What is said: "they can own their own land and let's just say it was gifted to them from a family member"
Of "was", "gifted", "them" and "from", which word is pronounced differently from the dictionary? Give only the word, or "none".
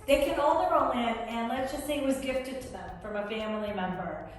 none